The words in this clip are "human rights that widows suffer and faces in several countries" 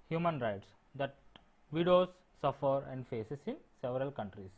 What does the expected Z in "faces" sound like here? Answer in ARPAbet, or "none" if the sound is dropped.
S